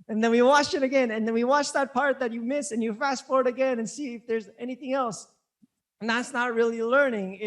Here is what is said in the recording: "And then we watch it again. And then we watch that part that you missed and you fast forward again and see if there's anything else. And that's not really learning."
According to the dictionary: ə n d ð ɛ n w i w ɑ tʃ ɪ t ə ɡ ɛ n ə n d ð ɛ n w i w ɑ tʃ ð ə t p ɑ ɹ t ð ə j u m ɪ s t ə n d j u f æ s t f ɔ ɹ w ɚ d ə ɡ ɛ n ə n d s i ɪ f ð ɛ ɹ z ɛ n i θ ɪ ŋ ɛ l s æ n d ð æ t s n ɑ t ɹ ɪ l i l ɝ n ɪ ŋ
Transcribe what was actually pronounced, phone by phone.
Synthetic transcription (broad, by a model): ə n ð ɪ n w i w ɑ tʃ ɪ t ə ɡ ɛ n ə n ð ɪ n w i w ɑ tʃ ð ə t p ɑ ɹ t ð ə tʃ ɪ m ɪ s ə n j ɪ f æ s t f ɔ ɹ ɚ d ə ɡ ɛ n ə n s i ɪ f ð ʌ ɹ z ɛ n i θ ɪ ŋ ɛ l s n ð æ t s n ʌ t ɹ ɪ l i l ɝ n ɪ ŋ